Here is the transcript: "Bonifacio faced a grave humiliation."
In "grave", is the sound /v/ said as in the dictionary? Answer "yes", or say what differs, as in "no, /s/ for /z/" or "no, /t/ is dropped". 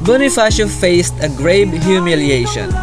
no, /b/ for /v/